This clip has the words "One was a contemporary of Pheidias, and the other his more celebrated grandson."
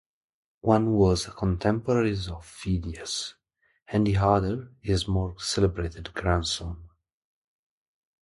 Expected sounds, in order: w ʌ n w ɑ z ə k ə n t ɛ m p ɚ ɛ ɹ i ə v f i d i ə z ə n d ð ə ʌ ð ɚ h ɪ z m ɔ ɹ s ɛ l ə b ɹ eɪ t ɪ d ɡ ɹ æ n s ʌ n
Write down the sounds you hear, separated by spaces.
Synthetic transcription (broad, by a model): w ʌ n w ɑ z ə k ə n t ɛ m p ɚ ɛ ɹ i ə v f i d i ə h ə n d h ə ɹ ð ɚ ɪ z m ɔ ɹ s ɛ l ə b ɹ eɪ t ɪ d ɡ ɹ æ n s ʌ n